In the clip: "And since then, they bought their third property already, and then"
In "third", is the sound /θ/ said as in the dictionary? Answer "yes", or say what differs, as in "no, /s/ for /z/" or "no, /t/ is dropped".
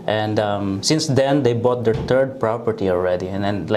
no, /t/ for /θ/